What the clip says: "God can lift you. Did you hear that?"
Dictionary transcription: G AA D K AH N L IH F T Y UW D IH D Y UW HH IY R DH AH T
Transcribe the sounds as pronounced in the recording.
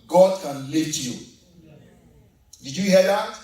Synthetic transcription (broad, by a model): G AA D K AH N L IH T Y UW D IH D Y UW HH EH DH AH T